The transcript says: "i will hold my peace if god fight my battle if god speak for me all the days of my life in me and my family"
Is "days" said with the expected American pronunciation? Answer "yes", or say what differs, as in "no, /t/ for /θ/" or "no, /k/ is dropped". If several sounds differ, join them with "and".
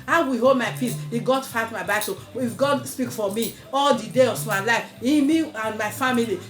no, /z/ is dropped